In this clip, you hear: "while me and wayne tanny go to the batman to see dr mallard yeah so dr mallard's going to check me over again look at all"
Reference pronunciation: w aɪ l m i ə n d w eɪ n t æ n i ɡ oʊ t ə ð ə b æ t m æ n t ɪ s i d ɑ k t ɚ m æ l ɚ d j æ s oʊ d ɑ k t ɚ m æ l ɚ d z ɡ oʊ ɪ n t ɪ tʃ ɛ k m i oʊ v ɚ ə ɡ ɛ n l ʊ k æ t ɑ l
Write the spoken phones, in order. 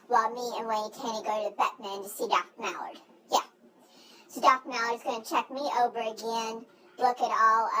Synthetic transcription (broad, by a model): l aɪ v m i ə n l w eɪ t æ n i ɡ oʊ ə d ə b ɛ t m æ n t ɪ s i d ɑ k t m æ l ɚ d j æ s oʊ d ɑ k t m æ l ɚ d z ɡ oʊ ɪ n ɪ tʃ ɛ k m i oʊ v ɚ ə ɡ ɛ n l ʊ k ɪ t ɑ l